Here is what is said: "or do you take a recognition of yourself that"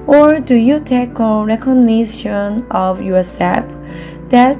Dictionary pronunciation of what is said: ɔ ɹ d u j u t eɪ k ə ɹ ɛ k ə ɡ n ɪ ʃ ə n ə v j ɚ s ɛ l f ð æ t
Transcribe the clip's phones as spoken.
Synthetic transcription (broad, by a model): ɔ ɹ d u j u t eɪ k ə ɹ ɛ k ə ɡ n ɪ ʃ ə n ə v j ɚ s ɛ f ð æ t